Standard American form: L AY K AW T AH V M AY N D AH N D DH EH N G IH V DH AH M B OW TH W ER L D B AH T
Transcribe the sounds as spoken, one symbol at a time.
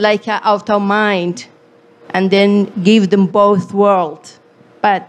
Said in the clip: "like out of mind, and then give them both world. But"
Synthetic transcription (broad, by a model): L AY K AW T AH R M AY N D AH N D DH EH N G IH V DH AH M B OW TH W ER L D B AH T